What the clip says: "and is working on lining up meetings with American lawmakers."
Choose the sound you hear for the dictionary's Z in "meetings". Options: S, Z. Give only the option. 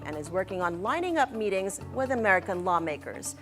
Z